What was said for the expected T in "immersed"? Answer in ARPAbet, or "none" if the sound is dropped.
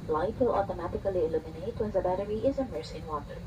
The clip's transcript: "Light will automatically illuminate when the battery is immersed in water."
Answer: none